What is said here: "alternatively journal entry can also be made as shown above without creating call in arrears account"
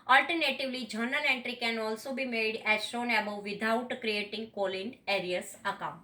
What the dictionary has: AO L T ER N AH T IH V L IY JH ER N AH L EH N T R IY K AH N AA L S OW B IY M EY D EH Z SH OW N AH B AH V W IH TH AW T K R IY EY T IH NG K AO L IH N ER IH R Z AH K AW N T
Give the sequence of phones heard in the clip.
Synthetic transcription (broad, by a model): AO L T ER N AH T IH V L IY JH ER N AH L EH N T R IY K AH N AA L S OW B IY M EY D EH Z SH OW N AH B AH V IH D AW T K R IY EY T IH NG K AO L IH N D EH R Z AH K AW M